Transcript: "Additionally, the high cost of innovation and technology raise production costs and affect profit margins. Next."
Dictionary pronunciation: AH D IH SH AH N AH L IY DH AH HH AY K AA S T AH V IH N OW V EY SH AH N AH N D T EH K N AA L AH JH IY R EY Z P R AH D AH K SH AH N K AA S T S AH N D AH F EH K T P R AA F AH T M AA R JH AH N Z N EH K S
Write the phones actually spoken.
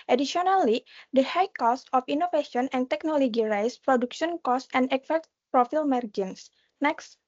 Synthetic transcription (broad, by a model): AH D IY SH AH N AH L IY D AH HH AY K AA S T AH F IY N OW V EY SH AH N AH N T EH K N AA L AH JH IY R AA S P R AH D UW K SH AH N K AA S S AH N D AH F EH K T P R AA F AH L M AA R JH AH N S N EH K S